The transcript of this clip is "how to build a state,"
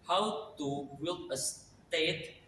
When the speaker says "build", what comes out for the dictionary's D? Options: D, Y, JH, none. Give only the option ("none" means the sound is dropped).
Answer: none